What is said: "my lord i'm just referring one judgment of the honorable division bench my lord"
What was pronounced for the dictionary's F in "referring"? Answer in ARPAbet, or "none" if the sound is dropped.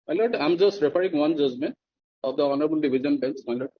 P